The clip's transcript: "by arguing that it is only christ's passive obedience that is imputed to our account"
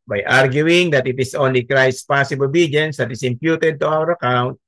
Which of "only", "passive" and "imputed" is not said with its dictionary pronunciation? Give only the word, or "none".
passive